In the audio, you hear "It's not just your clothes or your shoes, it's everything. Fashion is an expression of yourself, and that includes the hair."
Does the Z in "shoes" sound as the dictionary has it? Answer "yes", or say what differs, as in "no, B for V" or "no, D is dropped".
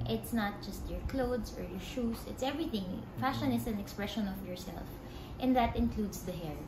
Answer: no, S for Z